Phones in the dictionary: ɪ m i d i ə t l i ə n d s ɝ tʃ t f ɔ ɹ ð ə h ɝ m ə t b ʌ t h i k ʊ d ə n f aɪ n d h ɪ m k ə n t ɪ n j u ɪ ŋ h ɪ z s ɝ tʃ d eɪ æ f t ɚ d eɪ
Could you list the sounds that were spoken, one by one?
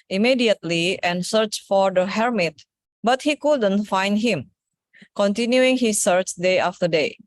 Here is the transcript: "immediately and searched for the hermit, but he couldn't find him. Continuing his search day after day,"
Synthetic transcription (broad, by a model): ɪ m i d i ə t l i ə n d s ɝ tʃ f ɔ ɹ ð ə h ɝ m ə t b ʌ t h i k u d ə n f aɪ n d h ɪ m k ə n t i n j u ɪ ŋ h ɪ s ɝ tʃ d eɪ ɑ f t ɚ d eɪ